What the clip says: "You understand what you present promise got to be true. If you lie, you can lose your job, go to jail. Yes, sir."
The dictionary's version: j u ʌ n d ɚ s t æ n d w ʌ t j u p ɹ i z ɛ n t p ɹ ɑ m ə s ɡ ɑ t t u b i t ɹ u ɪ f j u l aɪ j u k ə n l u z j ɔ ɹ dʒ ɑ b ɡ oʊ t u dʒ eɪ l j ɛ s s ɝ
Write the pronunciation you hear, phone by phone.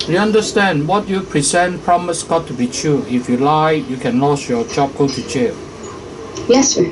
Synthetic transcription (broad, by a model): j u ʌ n d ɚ s t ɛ n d w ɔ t j u p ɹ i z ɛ n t p ɹ ɑ m ə s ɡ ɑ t t u b i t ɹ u ɪ f j u l aɪ j u k ə n l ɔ s j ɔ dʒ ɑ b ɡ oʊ t u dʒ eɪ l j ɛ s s